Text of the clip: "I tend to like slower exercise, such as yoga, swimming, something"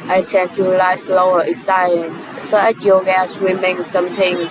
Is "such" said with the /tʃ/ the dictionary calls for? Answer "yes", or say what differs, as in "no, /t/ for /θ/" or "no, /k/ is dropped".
no, /tʃ/ is dropped